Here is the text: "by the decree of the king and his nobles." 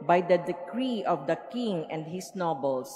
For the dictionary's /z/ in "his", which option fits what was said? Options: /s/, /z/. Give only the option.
/s/